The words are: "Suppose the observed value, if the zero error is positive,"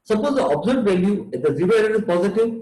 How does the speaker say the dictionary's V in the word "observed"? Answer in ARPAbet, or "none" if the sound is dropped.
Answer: none